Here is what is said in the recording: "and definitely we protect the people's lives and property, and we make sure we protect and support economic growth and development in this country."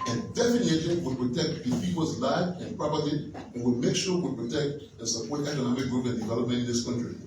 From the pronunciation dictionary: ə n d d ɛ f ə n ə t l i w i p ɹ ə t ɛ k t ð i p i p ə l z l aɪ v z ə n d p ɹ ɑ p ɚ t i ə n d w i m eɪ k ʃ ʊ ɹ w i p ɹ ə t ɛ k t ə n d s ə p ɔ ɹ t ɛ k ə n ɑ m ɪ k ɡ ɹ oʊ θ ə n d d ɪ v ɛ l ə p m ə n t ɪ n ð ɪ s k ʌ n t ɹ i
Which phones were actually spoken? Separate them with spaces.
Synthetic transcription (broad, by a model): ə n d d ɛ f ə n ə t i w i p ɹ ə t ɛ k t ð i f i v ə z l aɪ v ə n p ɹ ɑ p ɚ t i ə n w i m eɪ k ʃ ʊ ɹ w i p ɹ ə t ɛ k t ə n s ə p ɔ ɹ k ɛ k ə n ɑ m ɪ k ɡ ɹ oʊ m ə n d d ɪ v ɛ l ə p m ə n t ɪ n ð ɪ s k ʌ n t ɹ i